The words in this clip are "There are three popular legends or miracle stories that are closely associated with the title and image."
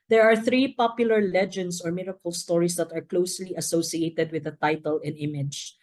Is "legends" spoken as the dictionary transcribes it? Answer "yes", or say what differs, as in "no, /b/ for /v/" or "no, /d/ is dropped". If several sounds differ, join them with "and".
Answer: no, /s/ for /z/